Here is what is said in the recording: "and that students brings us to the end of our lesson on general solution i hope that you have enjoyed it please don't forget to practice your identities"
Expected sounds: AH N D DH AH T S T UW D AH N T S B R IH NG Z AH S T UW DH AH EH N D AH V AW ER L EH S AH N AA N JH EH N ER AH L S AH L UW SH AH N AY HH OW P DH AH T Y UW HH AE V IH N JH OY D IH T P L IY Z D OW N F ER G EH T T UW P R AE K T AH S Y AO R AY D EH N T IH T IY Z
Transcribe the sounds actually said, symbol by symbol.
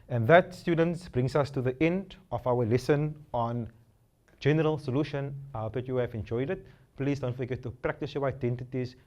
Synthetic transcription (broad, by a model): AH N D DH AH T S T UW D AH N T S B R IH NG S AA S T UW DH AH EH N D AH F AW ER L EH S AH N AA N JH EH N ER AH L S AH L UW SH AH N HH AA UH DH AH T Y UW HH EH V IH N JH OY D IH T P L IY S D OW N F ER G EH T T UW P R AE K T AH S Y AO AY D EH N T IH T IY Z